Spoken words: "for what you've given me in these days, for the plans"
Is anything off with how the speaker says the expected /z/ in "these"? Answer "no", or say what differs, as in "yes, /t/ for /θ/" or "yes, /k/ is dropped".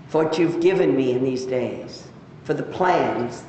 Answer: no